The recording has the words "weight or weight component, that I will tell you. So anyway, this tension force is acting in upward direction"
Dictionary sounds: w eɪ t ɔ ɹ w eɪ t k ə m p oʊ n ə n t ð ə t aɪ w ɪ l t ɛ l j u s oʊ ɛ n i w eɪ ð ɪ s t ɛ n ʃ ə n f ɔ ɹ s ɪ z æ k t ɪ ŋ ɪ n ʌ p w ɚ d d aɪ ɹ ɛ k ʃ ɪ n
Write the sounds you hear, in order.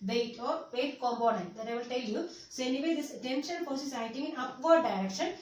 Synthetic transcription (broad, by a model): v eɪ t ɔ ɹ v eɪ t k ə m p oʊ n ə n t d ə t aɪ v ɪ l t ɛ l j u s oʊ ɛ n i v eɪ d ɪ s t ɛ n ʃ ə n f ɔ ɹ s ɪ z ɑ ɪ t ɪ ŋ ɪ n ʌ p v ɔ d d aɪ ɹ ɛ k ʃ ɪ n